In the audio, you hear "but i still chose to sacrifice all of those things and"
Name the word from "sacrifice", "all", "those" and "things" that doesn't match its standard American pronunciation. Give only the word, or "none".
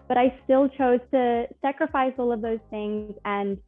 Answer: none